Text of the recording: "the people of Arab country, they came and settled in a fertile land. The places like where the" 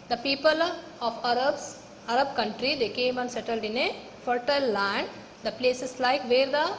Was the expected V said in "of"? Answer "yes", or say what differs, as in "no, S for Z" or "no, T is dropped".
no, B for V